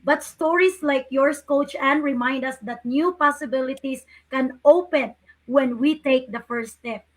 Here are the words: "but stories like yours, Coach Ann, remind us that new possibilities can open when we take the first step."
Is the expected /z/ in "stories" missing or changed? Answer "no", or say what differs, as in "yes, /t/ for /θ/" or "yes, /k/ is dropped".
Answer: yes, /s/ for /z/